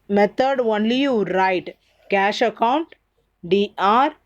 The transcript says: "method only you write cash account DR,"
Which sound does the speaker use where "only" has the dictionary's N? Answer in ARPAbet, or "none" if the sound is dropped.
N